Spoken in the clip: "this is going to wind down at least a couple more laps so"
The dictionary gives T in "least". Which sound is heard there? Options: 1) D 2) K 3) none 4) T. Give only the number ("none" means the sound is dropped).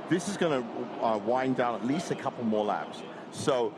4